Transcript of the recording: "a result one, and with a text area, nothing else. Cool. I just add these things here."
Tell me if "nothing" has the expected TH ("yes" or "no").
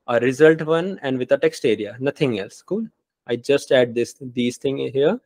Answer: no